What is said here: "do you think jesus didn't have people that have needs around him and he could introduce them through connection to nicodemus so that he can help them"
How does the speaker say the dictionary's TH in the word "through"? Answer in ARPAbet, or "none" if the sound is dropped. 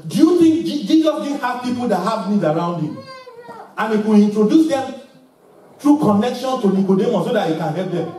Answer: T